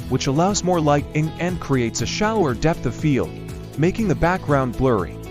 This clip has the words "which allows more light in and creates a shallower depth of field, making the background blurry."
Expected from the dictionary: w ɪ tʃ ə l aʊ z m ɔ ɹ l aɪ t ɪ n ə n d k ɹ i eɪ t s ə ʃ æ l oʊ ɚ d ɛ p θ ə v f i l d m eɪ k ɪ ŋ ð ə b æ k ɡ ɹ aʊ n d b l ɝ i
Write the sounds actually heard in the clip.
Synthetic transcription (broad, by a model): w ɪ tʃ ə l aʊ z m ɔ ɹ l aɪ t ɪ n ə n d k ɹ i eɪ t s ə ʃ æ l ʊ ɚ d ɛ p θ ə v f i l d m eɪ k ɪ ŋ ð ə b æ k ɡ ɹ aʊ n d b l ɝ i